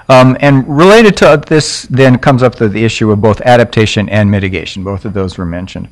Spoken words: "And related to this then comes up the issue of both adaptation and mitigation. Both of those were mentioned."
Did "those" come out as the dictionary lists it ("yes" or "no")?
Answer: yes